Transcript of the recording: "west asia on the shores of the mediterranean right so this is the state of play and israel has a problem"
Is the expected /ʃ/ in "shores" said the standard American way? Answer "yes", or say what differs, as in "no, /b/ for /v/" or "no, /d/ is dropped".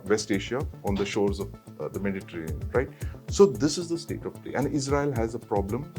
yes